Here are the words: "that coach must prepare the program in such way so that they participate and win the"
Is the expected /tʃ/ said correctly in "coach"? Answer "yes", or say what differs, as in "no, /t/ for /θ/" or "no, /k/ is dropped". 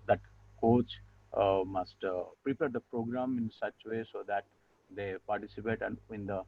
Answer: yes